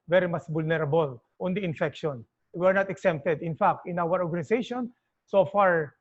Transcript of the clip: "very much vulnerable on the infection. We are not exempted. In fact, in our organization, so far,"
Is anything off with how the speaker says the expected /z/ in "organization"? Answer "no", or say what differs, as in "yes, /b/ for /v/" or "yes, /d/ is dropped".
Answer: yes, /s/ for /z/